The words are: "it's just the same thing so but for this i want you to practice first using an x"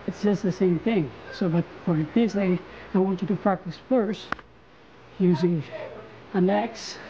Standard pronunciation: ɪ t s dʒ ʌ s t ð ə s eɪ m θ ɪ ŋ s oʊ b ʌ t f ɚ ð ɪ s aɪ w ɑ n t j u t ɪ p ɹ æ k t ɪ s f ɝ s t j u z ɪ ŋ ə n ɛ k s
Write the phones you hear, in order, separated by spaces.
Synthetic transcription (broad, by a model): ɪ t s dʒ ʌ s t ð ə s eɪ m θ ɪ ŋ s oʊ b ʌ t f ɚ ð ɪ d aɪ w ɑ n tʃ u t ɪ p ɹ æ k t ɪ s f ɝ s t j u z ɪ ŋ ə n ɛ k s